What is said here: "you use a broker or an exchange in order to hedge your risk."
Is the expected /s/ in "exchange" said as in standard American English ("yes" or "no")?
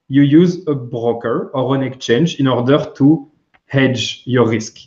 no